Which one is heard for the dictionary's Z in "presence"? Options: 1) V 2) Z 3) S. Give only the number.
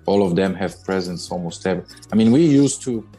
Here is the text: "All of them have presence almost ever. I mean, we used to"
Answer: 2